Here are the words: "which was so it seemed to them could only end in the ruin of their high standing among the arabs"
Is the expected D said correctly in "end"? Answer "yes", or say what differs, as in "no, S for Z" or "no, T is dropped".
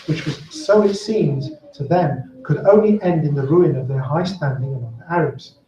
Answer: yes